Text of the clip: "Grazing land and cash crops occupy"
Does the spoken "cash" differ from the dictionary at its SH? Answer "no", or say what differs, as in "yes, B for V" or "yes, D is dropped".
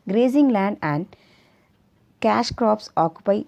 no